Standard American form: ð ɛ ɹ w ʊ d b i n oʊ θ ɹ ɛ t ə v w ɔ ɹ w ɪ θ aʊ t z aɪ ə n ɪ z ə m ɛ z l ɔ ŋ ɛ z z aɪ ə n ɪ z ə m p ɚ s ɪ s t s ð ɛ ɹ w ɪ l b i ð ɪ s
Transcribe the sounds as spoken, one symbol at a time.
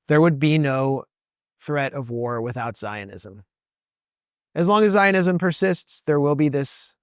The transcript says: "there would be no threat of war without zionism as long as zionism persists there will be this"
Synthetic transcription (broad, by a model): ð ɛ ɹ w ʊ d b i n oʊ θ ɹ ɛ t ə v w ɔ ɹ w ɪ θ aʊ t z aɪ ə n ɪ z ə m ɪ z l ɔ ŋ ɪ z z aɪ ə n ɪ z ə m p ɚ s ɪ s t s ð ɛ ɹ w ɪ l b i ð ɪ s